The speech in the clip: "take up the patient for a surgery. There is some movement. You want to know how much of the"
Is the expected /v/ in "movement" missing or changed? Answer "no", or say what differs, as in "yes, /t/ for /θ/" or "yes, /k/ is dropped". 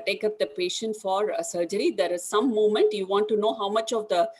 yes, /v/ is dropped